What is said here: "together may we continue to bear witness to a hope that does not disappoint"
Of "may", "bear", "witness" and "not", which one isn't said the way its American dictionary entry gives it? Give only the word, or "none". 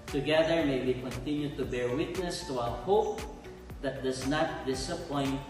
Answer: none